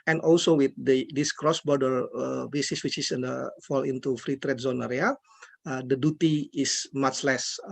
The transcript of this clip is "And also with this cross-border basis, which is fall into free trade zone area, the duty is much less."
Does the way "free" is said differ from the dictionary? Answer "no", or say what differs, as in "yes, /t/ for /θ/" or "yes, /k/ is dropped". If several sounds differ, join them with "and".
no